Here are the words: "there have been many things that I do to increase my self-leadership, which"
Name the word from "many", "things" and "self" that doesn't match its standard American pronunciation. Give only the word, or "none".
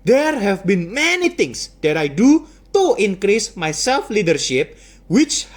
things